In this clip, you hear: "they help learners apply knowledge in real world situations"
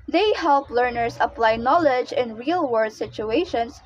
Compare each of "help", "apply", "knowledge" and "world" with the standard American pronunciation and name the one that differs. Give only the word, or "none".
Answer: world